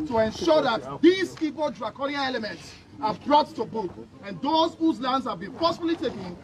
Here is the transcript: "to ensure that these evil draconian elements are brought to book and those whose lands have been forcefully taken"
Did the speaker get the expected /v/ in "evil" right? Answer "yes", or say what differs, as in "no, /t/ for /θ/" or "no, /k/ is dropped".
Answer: no, /p/ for /v/